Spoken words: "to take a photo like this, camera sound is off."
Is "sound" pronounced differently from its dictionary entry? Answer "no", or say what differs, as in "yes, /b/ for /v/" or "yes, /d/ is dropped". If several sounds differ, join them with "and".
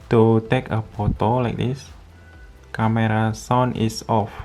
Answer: yes, /d/ is dropped